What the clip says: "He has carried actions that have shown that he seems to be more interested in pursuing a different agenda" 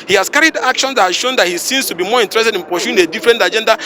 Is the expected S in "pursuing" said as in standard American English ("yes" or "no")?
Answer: no